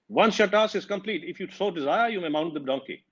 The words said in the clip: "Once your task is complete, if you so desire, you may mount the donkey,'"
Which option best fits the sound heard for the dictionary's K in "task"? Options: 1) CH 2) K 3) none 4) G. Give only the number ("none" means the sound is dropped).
3